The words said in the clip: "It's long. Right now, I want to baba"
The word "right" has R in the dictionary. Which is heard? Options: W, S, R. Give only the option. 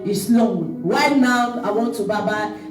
W